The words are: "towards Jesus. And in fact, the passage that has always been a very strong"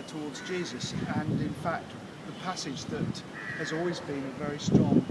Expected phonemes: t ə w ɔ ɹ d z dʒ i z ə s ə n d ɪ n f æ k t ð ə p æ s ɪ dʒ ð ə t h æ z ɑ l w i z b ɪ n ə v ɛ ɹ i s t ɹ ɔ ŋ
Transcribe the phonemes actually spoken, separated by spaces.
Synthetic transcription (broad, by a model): t ə w ɔ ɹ d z dʒ i z ə s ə n ɪ n f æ k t ð ə p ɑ s ɪ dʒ ð ə t h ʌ z ɑ l w i z b ɪ n ə v ɛ ɹ i s t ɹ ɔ ŋ